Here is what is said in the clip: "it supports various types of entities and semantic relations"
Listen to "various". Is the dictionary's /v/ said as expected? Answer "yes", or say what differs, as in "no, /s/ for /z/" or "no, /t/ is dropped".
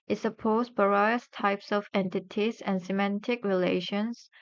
no, /b/ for /v/